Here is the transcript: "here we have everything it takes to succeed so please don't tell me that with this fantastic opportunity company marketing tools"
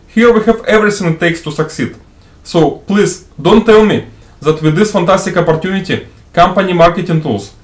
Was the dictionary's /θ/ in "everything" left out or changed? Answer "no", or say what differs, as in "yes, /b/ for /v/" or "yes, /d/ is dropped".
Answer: yes, /s/ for /θ/